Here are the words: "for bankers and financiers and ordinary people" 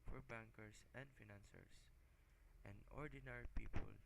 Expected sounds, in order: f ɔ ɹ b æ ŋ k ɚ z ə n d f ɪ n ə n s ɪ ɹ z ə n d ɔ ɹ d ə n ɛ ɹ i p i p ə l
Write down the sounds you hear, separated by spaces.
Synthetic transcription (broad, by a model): f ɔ ɹ b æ ŋ k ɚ s ə n d f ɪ n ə n s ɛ ɹ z ə n d ɔ ɹ d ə n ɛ ɹ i p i p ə l